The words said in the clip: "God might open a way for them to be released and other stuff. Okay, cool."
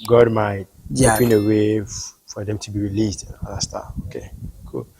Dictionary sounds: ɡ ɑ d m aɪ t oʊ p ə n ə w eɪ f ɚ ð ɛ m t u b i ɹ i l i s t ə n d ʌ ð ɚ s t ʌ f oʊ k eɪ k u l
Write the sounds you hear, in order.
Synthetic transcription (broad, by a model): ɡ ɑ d m aɪ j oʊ ə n ə w eɪ f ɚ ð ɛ m t u b i ɹ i l i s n ə n d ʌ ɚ s t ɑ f oʊ k eɪ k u l